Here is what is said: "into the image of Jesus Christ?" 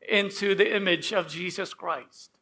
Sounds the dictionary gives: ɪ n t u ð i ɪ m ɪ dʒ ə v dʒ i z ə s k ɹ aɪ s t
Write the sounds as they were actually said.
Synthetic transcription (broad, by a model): ɪ n t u ð i ɪ m ɪ dʒ ə v dʒ i z ə s k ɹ aɪ s t